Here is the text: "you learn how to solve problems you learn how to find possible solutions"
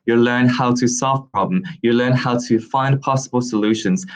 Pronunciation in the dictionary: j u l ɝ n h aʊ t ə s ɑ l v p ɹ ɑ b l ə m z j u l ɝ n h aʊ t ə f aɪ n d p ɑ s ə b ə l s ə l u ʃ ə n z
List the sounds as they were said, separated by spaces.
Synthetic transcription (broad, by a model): j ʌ l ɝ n h aʊ t ə s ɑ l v p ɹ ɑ b l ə m j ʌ l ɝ n h aʊ t ə f aɪ n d p ɑ s ə b ə l s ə l u ʃ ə n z